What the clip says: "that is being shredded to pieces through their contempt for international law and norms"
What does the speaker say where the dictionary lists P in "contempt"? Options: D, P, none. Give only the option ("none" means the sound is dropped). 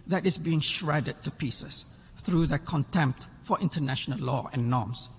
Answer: P